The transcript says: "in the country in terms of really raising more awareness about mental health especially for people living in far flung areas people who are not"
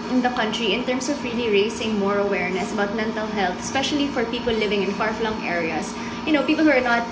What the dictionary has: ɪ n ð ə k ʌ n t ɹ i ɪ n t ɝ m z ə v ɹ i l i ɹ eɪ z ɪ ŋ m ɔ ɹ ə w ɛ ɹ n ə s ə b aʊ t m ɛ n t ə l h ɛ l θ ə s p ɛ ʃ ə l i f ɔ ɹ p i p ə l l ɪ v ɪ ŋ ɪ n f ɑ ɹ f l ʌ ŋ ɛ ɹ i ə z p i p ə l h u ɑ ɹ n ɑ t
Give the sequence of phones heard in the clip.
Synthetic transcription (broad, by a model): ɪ n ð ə k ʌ n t ɹ i ɪ n t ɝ m s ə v ɹ i l i ɹ eɪ s ɪ ŋ m ɔ ɹ ə w ɛ ɹ n ə s ə b aʊ t m ɛ n t ə l h ɛ l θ ə s p ɛ ʃ ə l i f ɔ ɹ p i p ə l l ɪ v ɪ ŋ ɪ n f ɑ ɹ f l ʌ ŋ ɛ ɹ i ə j p i p ə l h u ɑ ɹ n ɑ t